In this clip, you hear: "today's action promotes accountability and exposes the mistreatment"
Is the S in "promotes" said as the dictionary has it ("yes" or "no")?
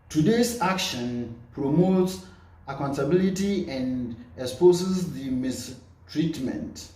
yes